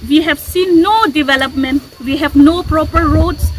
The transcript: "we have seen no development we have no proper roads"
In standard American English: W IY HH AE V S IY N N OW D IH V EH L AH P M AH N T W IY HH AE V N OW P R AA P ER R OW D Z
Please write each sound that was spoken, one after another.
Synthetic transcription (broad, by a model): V IY HH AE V S IY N N OW D IH V EH L AH P M AH N T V IY HH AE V N OW P R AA P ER R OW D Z